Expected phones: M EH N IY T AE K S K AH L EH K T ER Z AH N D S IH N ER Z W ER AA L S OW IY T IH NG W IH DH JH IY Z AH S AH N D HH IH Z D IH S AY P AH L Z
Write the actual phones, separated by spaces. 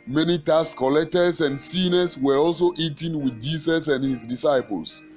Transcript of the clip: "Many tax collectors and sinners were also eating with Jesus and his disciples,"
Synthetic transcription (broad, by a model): M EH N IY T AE S K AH L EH K T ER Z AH N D S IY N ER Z W ER AA L S OW IY T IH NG W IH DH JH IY S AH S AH N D HH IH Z D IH S AY P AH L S